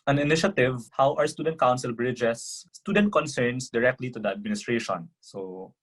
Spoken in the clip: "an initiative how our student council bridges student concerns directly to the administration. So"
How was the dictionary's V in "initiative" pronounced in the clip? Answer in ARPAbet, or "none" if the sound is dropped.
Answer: V